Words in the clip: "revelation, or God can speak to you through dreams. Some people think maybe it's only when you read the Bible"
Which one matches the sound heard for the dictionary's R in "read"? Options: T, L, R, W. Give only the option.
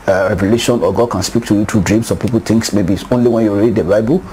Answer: R